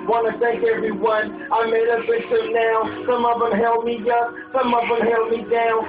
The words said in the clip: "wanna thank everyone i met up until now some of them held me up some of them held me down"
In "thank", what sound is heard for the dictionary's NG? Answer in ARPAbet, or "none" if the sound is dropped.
none